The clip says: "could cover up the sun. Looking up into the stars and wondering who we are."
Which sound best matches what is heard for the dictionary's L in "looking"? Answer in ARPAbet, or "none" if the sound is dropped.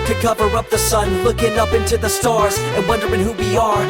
L